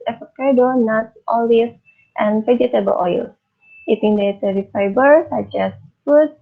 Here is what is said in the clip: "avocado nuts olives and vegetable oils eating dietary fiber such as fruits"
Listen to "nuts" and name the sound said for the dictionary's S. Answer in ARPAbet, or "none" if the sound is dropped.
none